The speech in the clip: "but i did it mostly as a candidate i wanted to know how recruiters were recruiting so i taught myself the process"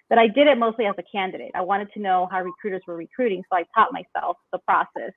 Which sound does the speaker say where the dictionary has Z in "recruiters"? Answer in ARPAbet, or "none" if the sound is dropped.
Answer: Z